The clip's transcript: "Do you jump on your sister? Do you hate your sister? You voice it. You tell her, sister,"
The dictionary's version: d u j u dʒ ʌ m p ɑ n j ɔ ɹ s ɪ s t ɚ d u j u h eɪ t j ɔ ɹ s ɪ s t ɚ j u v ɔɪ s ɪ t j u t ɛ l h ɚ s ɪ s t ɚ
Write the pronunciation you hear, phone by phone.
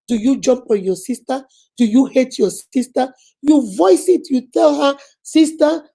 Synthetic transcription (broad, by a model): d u j u dʒ ʌ m p ɑ n j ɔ s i s t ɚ d u j u h eɪ t j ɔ s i s t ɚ j u v ɔɪ s ɪ t j u t ɛ l h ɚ s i s t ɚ